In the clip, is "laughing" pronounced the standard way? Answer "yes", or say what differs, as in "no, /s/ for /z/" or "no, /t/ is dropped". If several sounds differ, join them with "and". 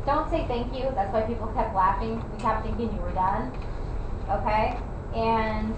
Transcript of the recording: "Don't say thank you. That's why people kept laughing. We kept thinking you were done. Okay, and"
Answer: yes